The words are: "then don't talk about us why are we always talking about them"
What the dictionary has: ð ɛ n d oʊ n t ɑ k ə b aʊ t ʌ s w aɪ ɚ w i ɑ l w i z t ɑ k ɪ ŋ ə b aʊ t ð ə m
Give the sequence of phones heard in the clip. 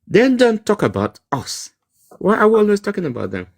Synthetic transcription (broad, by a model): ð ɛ n d oʊ n t ɑ k ə b aʊ t ʌ s w aɪ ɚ w i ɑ l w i s t ɑ k ɪ ŋ ə b aʊ t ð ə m